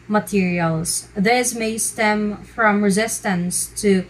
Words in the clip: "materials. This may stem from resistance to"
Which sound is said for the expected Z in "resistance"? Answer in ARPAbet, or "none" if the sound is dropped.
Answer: Z